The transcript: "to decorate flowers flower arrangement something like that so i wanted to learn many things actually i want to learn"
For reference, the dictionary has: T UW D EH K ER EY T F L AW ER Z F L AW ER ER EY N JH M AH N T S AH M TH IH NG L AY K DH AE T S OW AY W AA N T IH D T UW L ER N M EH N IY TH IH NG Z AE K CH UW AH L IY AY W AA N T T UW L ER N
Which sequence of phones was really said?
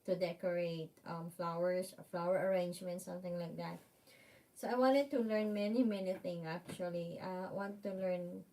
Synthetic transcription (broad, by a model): T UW D EH K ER EY T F L AW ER S F L AW ER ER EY N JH M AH N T S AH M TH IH NG L AY K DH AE T S OW AY W AA N T IH D T UW L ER N M EH N IY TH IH NG S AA K CH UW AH L IY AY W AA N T T UW L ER N